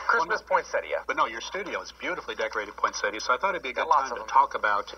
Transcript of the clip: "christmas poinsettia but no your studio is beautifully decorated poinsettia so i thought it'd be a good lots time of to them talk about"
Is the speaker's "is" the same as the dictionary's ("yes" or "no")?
yes